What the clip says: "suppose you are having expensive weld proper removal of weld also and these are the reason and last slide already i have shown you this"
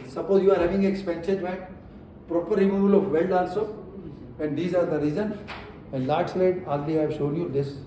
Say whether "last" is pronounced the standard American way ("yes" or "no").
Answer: no